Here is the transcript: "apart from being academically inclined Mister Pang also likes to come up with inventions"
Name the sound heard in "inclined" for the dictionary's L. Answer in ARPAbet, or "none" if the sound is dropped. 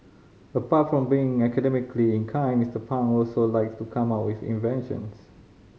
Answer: none